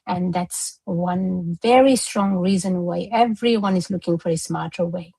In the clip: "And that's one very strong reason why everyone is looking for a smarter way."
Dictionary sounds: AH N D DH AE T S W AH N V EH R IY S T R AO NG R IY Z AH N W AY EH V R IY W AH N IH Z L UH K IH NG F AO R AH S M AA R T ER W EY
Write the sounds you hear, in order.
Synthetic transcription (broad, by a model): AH N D DH AE T S W AH N V EH R IY S T R AO NG R IY Z AH N W AY EH V R IY W AH N IH Z L UH K IH NG F AO R AH S M AA R T ER W EY